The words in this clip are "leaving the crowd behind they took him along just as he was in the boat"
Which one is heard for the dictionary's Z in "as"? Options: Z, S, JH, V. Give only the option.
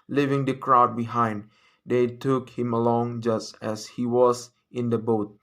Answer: S